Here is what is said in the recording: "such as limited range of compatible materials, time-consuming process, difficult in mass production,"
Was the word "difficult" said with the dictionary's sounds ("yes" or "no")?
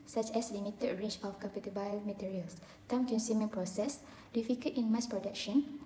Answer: no